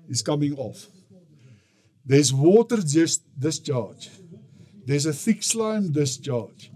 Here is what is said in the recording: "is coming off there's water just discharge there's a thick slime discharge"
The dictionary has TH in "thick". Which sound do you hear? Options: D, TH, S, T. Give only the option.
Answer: TH